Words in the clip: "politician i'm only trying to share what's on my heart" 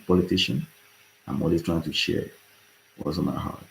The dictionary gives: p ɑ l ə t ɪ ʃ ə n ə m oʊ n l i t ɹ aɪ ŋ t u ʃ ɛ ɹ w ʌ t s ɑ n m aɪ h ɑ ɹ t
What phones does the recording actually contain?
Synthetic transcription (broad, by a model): p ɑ l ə t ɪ ʃ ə n ə m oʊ l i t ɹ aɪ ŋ t u ʃ ɛ ɹ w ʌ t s ɑ n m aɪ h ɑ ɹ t